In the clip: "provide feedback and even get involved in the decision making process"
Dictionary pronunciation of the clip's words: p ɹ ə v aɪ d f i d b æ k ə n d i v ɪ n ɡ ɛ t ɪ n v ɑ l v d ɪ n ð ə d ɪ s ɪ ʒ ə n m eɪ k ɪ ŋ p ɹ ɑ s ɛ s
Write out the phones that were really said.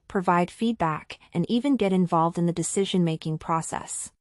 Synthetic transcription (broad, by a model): p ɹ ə v aɪ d f i d b æ k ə n i v ɪ n ɡ ɛ t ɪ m v ɑ l v d ɪ n ð ə d ɪ s ɪ ʒ ə n m eɪ k ɪ ŋ p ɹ ɑ s ɛ s